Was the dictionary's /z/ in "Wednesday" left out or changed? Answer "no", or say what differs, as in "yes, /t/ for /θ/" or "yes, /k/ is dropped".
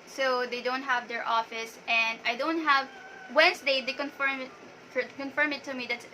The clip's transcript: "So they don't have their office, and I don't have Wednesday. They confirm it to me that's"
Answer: yes, /s/ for /z/